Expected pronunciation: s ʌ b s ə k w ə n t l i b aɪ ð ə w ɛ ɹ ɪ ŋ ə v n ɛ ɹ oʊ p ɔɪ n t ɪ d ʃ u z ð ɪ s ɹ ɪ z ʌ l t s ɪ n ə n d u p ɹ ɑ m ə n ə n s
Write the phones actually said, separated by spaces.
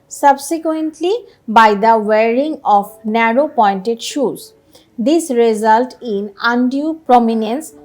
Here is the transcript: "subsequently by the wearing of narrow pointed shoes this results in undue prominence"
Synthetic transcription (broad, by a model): s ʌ b s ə k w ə n t l i b aɪ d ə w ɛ ɹ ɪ ŋ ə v n ɛ ɹ oʊ p ɔɪ n t ɪ d ʃ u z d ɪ s ɹ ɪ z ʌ l t ɪ n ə n d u p ɹ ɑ m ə n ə n s